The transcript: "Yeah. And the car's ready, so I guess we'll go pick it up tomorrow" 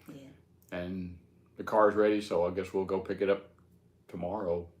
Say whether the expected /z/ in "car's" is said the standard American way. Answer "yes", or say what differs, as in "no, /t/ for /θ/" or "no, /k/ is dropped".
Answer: yes